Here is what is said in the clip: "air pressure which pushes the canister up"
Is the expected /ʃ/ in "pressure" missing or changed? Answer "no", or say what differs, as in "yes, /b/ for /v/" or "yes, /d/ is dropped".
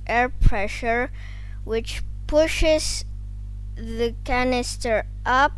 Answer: no